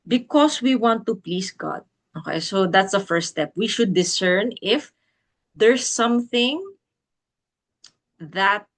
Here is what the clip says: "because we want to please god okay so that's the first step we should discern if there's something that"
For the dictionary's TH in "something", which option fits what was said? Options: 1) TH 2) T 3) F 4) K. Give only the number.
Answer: 1